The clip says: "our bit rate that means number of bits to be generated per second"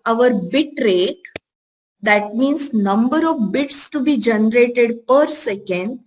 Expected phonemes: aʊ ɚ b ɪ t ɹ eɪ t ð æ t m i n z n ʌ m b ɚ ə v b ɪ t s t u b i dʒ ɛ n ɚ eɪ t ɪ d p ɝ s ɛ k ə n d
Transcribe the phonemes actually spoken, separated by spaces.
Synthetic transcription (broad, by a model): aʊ ɚ b ɪ t ɹ eɪ t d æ t m i n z n ʌ m b ɚ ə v b ɪ t s t u b i dʒ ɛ n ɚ eɪ t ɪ d p ɝ s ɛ k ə n d